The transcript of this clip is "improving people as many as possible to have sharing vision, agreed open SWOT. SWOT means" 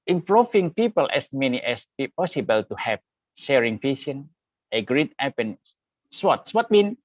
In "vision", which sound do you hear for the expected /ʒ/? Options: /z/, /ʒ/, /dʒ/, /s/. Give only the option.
/s/